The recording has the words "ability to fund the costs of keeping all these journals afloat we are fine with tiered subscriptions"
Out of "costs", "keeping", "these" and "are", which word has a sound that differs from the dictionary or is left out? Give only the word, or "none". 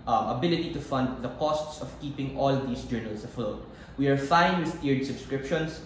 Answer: these